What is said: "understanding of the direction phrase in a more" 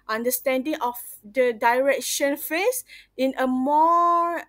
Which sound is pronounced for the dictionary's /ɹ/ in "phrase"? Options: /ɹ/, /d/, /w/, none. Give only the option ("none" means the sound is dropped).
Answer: none